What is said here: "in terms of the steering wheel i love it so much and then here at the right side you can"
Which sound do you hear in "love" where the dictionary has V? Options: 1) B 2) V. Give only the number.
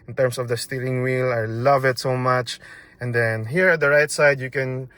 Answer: 2